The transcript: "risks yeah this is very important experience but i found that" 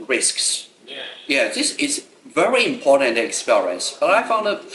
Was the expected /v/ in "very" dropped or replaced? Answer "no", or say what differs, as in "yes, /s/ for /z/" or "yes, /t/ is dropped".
no